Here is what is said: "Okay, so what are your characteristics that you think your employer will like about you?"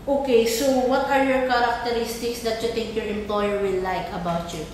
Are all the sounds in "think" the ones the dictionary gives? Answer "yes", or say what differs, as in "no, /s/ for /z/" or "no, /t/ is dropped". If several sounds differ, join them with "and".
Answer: no, /t/ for /θ/